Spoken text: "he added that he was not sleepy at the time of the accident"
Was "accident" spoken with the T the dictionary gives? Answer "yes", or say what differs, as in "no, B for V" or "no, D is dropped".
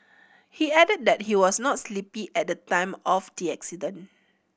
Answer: no, T is dropped